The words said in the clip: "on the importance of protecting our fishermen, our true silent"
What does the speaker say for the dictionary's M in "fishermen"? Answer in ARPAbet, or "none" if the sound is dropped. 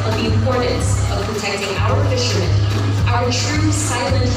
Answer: none